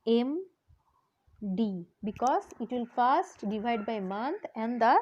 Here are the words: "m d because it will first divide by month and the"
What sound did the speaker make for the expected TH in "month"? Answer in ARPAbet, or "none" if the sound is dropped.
T